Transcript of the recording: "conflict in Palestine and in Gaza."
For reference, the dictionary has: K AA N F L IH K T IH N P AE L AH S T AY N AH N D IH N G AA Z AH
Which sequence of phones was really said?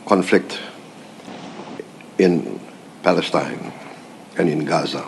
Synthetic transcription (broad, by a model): K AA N F L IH K T IH N P AE L AH S T AY N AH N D IH N G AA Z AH